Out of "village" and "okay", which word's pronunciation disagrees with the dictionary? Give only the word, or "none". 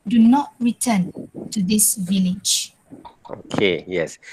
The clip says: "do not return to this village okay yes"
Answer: none